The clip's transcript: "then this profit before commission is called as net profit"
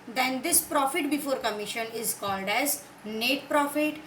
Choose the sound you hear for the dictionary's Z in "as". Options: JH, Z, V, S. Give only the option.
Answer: Z